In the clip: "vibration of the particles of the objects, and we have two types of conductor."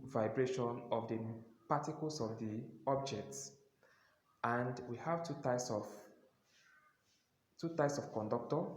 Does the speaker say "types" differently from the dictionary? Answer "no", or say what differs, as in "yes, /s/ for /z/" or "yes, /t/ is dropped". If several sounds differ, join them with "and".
no